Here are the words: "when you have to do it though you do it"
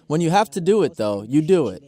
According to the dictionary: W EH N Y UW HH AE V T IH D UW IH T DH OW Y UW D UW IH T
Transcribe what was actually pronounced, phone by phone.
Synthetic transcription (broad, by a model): W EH N Y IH HH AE F T IH D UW IH T DH OW Y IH D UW IH T